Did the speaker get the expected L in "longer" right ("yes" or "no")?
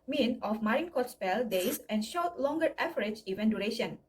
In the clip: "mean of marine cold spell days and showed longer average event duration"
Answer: yes